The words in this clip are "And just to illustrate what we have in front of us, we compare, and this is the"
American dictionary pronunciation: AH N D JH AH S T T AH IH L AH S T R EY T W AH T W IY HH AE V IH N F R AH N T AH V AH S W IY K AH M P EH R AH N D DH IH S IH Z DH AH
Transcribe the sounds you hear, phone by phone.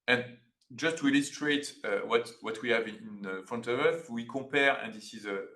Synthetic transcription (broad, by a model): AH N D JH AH S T T AH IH L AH S T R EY T W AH T W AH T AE V IH N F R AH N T AH V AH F W IY K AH P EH R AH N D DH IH S IH Z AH